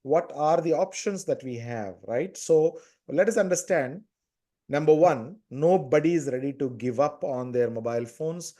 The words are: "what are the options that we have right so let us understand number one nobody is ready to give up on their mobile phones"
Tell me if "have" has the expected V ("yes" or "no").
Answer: yes